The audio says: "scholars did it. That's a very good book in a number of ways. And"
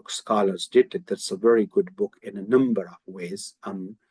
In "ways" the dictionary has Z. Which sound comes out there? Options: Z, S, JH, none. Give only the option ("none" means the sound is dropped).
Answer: none